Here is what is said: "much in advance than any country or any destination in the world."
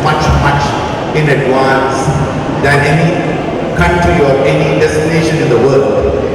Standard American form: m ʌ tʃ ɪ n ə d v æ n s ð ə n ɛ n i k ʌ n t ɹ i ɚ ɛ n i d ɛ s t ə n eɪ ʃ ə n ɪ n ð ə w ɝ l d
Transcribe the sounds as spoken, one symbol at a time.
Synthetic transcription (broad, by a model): m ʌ tʃ ɪ n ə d w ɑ n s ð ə n ɛ n i k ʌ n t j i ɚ ɛ n i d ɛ s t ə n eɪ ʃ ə n ɪ n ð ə w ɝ l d